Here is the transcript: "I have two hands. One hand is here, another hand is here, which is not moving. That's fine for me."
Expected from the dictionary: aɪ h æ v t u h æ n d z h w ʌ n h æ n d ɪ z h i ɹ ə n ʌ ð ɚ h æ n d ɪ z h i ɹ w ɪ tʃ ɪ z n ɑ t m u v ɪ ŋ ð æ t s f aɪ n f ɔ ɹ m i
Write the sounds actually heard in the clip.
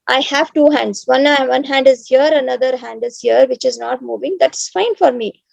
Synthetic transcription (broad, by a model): aɪ h æ v t u h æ n d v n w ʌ n h æ n d ɪ z h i ɹ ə n ʌ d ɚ h æ n d ɪ z h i ɹ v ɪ tʃ ɪ z n ɑ t m u v ɪ ŋ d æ t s f aɪ n f ɔ ɹ m i